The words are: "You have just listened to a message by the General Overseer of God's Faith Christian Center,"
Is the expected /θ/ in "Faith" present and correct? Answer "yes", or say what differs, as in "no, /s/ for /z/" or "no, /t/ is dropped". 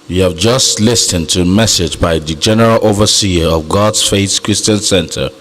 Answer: no, /s/ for /θ/